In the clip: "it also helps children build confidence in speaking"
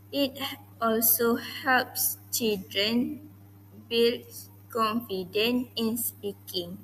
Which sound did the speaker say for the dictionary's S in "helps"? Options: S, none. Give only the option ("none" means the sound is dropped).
S